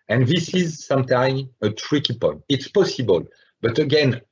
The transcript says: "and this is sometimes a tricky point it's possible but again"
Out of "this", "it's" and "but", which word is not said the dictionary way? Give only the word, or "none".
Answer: none